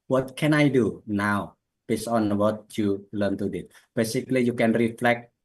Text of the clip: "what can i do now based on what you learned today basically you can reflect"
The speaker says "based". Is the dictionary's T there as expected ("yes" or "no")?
no